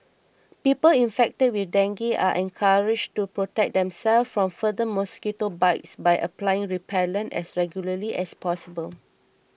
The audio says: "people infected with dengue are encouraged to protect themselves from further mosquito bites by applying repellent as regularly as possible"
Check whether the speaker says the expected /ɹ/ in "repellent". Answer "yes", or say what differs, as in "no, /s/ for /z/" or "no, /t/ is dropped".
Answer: yes